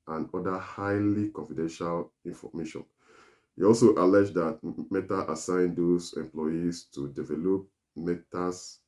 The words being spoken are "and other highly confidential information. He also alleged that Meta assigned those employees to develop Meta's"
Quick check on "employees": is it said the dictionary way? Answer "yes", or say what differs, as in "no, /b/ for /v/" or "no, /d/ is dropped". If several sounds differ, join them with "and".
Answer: no, /s/ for /z/